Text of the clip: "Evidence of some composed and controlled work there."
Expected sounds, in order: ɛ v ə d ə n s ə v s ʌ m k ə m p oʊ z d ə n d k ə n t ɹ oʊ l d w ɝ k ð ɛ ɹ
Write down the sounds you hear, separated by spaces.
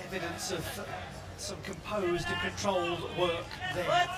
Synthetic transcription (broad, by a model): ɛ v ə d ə n s ə v s ʌ m k ə m p oʊ z d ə k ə n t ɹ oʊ l w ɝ k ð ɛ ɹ